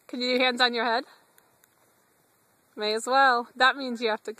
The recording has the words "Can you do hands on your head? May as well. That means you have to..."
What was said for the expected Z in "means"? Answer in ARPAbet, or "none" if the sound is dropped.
Z